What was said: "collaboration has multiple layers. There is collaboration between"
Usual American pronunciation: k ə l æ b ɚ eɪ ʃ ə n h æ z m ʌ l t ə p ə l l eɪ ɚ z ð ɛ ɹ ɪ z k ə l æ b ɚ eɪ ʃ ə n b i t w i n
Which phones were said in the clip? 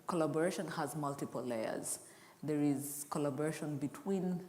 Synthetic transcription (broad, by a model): k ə l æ b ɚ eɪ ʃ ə n h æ z m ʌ l t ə p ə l l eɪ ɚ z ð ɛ ɹ ɪ z k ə l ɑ b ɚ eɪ ʃ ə n b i t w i n